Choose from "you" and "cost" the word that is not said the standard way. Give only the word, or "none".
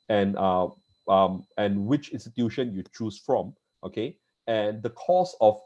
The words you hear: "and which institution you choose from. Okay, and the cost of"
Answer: cost